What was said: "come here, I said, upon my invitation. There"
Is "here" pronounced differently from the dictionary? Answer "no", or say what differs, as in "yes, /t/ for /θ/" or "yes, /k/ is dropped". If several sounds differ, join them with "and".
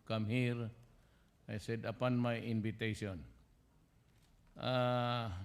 no